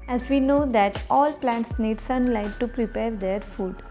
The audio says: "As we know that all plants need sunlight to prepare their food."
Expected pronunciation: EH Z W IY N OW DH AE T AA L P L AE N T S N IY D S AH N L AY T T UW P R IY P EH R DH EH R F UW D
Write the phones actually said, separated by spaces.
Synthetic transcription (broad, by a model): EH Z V IY N OW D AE T AA L P L AE N T S N IY D S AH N L AY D T UW P R IY P EH R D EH R F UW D